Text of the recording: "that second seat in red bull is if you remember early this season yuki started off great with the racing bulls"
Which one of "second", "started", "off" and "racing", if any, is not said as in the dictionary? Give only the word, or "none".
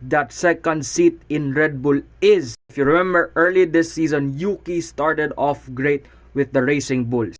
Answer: none